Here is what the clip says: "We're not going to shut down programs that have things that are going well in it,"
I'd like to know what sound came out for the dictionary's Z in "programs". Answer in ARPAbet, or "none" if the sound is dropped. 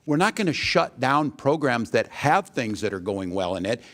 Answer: Z